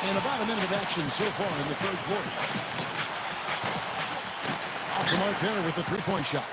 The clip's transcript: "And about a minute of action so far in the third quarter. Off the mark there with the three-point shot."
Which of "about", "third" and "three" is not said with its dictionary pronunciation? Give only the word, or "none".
none